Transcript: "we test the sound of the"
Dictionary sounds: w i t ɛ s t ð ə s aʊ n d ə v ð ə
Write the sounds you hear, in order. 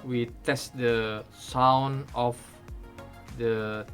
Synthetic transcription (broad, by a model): w i t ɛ s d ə s aʊ n ə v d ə